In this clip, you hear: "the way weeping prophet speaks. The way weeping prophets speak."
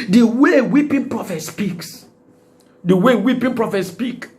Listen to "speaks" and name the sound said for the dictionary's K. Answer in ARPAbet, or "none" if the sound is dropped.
K